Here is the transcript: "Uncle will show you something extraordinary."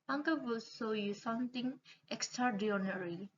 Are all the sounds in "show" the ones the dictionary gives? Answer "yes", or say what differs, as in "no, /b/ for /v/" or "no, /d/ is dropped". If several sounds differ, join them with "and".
no, /s/ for /ʃ/